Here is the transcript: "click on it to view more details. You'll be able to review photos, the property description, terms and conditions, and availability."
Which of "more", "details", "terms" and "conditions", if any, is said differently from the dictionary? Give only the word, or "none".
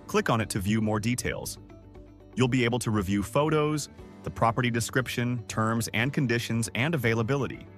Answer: none